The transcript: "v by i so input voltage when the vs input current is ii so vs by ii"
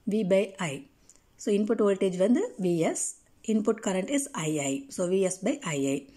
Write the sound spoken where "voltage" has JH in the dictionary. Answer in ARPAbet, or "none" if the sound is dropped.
JH